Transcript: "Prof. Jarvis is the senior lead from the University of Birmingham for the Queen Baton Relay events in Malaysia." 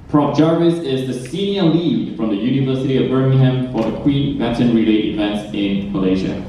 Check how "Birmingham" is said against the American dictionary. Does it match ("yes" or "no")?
yes